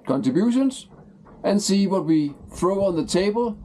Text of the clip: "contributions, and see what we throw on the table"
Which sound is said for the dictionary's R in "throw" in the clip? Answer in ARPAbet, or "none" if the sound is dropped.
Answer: R